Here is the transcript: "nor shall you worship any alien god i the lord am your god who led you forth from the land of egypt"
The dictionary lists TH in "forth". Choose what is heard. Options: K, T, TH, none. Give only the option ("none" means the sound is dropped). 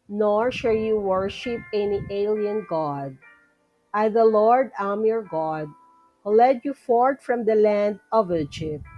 T